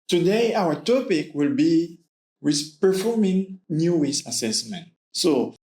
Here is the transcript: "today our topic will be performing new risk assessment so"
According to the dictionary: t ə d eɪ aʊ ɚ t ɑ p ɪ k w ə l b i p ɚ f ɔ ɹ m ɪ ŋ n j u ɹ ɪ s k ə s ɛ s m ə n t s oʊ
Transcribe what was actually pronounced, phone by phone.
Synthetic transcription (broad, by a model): t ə d eɪ aʊ ɚ t ɑ p ɪ k w ə l b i p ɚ f ɔ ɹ m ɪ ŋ n j u w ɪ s ə s ɛ s m ə n t s oʊ